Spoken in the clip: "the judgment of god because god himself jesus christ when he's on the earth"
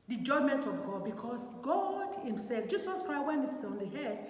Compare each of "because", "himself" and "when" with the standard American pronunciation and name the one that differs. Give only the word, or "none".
because